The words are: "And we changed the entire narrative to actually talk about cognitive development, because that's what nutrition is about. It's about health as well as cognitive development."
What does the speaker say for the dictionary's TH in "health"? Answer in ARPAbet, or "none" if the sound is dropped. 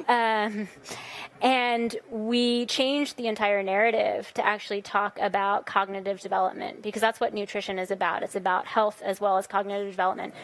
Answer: TH